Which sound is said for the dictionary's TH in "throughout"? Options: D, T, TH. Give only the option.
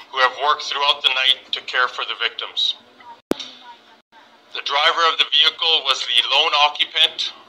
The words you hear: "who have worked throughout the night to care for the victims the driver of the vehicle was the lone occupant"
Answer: TH